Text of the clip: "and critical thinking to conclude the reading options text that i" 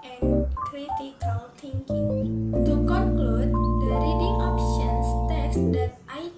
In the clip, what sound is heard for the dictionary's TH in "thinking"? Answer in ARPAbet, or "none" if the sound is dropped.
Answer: T